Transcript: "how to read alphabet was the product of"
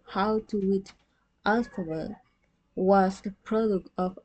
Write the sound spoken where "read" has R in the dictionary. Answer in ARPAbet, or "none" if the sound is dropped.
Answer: W